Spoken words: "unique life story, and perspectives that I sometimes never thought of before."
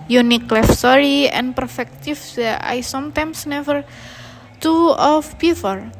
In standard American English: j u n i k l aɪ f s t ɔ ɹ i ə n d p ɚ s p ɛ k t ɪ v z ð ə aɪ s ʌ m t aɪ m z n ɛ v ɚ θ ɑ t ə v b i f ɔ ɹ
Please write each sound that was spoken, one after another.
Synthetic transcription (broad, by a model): j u n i k l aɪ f s t ɔ ɹ i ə n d p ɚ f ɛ k t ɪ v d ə aɪ s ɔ m t aɪ m s n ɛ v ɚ t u ə f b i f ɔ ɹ